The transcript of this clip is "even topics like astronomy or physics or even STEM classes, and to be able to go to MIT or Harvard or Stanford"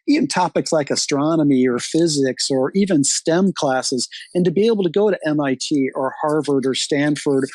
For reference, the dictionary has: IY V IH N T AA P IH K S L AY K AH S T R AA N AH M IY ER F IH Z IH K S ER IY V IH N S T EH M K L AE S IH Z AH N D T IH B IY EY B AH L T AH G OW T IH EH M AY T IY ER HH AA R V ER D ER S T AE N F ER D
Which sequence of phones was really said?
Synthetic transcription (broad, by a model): IY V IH N T AA P IH K S L AY K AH S T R AA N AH M IY ER F IH Z IH K S ER IY V IH N S T EH M K L AE S IH Z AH N T IH B IY EY B L T AH G OW T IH EH M AY T IY ER HH AA R V ER D ER S T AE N F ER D